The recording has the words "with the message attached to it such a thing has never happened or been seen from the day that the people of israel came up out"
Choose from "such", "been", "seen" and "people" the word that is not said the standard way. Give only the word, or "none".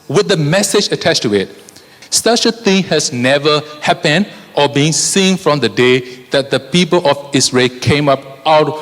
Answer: none